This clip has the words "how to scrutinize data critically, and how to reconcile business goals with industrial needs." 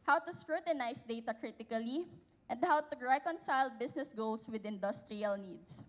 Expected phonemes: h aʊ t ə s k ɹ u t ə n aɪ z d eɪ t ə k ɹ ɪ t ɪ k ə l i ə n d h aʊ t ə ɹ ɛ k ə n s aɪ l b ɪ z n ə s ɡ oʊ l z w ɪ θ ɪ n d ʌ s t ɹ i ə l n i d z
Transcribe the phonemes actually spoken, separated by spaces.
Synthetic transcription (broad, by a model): h aʊ t ə s k ɹ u t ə n aɪ s d eɪ t ə k ɹ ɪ t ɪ k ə l i ə n d h aʊ t ə ɹ ɛ k ə n s aɪ l b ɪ s n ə s ɡ oʊ l s w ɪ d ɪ n d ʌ s t ɹ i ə l n i d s